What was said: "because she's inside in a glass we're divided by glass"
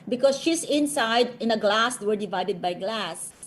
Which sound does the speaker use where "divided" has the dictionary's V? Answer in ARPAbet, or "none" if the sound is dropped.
V